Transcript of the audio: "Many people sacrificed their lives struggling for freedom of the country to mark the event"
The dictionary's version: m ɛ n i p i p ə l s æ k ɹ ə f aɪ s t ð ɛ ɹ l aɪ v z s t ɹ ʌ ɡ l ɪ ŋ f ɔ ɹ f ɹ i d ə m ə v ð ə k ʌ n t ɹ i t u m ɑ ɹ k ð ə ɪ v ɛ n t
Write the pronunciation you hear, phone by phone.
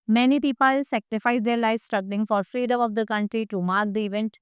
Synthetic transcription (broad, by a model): m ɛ n i p i p ə l s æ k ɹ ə f aɪ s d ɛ ɹ l aɪ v s t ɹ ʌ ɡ l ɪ ŋ f ɔ ɹ f ɹ i d ə m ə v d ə k ʌ n t ɹ i t u m ɑ ɹ k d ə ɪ v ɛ n t